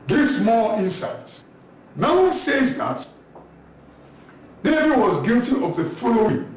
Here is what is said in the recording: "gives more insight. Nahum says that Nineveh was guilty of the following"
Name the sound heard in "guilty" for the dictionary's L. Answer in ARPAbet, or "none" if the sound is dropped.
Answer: L